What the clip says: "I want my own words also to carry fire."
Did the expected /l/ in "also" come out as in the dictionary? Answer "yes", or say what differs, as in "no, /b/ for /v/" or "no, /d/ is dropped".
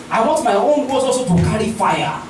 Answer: no, /l/ is dropped